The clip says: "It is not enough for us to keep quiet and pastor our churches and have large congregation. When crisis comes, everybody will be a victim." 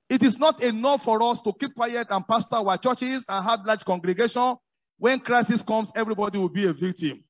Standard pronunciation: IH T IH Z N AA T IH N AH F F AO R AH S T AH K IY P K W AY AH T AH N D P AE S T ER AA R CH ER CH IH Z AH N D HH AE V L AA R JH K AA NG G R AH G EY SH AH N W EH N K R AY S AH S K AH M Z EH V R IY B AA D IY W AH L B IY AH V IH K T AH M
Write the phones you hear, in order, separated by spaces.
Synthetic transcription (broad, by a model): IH T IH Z N AA T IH N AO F F AO R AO S T AH K IY P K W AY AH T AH N P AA S T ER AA CH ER CH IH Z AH N HH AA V L AA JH K AA NG G R AH G EY SH AH N W EH N K R AY S AH S K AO M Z EH V R IY B AA D IY W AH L B IY AH V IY K T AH M